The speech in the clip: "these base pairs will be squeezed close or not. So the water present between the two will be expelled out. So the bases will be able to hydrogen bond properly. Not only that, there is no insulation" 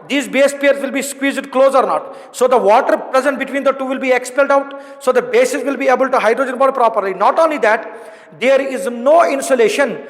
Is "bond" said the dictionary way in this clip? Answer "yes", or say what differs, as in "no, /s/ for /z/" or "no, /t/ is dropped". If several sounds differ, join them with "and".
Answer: no, /n/ is dropped